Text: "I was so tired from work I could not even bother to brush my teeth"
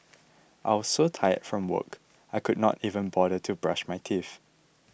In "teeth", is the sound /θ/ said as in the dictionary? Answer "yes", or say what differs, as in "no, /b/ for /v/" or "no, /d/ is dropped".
no, /f/ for /θ/